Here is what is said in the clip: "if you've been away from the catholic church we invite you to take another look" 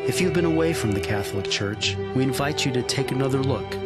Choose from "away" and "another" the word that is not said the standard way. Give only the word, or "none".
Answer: none